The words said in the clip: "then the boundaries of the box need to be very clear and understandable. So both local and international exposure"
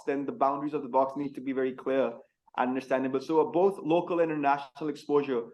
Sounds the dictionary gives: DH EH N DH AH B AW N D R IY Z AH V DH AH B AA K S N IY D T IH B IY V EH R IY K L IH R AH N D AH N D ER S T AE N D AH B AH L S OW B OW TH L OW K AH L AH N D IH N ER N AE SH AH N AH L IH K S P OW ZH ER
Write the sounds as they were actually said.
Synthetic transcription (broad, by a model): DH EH N DH AH B AW N D R IY Z AH V DH AH B AA K S N IY D T IH B IY V EH R IY K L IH R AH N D AH N D ER S T AE N D AH B AH L S OW B OW TH L OW K AH L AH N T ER N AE SH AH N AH L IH K S P OW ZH ER